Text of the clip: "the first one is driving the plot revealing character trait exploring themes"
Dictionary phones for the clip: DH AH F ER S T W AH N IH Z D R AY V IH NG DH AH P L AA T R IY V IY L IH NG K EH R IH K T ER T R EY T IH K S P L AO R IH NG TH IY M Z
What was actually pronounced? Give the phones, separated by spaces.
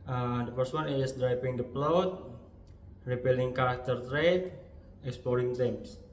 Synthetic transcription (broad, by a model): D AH F ER S T W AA N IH S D R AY P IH NG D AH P L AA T R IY P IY L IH NG K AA R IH K T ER T R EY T IH K S P L AO R IH NG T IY M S